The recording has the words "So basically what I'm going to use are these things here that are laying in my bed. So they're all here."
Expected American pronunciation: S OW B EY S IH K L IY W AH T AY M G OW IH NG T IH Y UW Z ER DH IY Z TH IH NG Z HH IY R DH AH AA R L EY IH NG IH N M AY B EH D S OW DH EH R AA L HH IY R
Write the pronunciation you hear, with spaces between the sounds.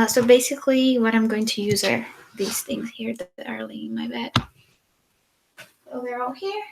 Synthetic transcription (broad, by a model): S OW B EY S IH K L IY W AH T AY M G OW IH NG T IH Y UW Z ER DH IY Z TH IH NG Z HH IY R DH AH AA R L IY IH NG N M AY B EH D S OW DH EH R AA L HH IY R